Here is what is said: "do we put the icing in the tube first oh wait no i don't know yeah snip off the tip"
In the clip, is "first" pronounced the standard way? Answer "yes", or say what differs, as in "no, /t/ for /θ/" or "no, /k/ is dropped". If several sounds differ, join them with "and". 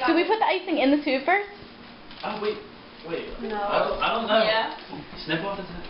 no, /t/ is dropped